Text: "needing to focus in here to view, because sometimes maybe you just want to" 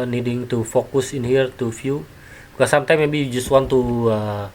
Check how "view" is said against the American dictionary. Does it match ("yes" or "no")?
no